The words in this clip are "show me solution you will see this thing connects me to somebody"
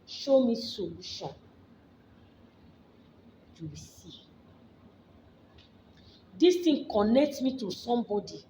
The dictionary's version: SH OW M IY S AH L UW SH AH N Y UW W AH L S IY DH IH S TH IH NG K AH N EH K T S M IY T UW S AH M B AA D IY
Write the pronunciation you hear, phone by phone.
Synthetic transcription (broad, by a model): SH OW M IY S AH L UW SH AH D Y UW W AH S IY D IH S T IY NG K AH N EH K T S M IY T UW S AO M B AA D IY